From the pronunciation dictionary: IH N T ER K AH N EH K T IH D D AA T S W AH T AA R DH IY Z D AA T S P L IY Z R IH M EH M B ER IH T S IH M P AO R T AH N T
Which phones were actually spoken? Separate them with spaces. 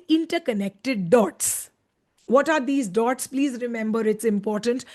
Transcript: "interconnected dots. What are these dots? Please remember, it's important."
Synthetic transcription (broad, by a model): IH N T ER K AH N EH K T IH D D AA T S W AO T AA R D IY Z D AA T S P L IY Z R IH M EH M B ER IH T S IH M P AO R T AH N T